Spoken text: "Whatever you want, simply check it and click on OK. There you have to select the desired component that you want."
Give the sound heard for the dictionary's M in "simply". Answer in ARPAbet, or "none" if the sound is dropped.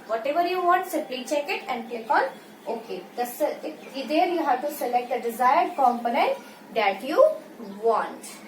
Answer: none